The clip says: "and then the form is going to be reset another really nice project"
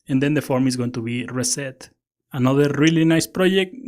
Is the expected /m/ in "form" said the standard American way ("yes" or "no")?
yes